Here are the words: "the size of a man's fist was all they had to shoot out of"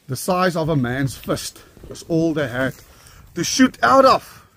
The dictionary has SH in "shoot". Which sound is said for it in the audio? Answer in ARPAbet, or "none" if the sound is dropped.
SH